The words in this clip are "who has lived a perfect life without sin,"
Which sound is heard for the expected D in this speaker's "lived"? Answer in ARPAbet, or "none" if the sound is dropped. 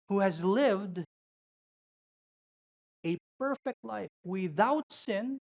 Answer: D